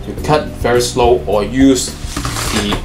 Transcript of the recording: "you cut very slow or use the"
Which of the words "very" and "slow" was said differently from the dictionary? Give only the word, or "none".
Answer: none